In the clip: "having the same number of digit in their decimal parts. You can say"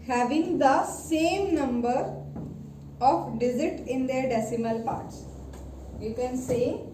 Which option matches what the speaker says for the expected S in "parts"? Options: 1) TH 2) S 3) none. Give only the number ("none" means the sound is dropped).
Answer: 2